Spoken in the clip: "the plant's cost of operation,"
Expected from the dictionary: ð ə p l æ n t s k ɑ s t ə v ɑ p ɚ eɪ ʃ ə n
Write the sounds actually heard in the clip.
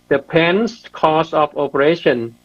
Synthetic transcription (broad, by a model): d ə p ɛ n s k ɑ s ə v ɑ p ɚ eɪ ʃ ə n